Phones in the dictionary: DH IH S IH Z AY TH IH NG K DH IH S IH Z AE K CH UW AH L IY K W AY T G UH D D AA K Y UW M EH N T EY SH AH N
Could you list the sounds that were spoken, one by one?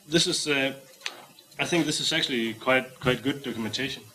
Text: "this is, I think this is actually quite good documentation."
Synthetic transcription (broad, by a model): DH IH S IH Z AY TH IH NG K DH IH S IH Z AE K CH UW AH W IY K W AY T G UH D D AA K Y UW M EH N T EY SH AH N